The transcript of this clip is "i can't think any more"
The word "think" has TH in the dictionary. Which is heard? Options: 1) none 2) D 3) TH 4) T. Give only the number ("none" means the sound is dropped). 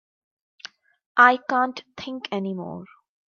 4